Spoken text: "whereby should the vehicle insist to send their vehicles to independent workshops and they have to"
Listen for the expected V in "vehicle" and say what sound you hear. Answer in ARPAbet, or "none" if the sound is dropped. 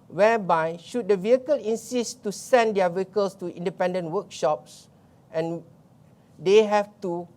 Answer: V